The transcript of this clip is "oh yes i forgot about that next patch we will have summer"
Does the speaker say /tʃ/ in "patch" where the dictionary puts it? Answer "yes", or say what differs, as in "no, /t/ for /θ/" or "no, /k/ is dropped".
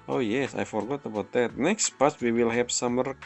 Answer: no, /s/ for /tʃ/